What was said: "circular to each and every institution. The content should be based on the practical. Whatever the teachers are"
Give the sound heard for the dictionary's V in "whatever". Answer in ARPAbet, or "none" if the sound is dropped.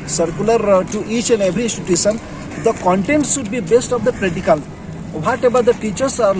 B